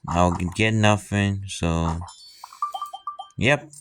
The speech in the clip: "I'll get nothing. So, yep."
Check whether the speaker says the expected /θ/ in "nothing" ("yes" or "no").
no